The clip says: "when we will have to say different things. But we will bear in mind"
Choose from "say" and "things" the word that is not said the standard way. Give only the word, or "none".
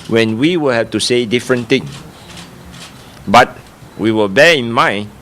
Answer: things